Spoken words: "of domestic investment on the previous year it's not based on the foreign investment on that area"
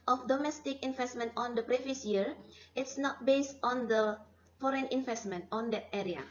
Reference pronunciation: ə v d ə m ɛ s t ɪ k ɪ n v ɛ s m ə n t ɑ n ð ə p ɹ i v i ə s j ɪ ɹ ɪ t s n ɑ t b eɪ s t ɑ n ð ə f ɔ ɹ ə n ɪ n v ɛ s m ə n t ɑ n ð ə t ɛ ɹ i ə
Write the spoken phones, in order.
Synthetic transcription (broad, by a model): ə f d ə m ɛ s t ɪ k ɪ n v ɛ s m ə n t ɑ n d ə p ɹ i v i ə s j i ɹ ɪ t s n ɑ t b eɪ s t ɑ n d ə f ɔ ɹ ə n ɪ n v ɛ s m ə n t ɑ n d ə t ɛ ɹ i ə